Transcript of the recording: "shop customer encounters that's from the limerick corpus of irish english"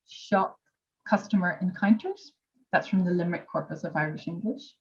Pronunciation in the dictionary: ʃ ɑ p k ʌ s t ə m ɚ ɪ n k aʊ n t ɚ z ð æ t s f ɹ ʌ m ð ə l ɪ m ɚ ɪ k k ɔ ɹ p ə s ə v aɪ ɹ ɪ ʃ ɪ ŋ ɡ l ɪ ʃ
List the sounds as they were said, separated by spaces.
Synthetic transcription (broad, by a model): ʃ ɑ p k ʌ s t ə m ɚ ɪ n k aʊ n t ɚ z ð æ t s f ɹ ʌ m ð ə l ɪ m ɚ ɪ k k ɔ ɹ p ə s ə v aɪ ɹ ɪ ʃ ɪ ŋ ɡ l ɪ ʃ